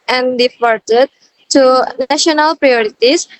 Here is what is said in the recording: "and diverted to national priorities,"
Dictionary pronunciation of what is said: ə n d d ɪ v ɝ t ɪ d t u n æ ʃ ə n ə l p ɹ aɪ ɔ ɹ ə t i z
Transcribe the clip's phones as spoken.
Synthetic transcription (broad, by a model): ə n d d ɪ f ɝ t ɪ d t u n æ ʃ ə n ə l p ɹ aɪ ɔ ɹ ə t i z